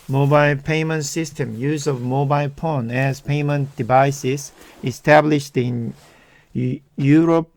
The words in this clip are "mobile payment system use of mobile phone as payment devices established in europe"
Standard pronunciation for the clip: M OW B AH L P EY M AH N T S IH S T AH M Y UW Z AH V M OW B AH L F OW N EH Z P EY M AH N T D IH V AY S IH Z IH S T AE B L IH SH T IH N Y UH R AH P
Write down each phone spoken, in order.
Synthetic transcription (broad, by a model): M OW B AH L P EY M AH N T S IH S T AH M Y UW Z AH V M OW B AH L P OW N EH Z P EY M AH N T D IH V AY S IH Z IH S T AE B L IH SH T IH N Y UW R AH P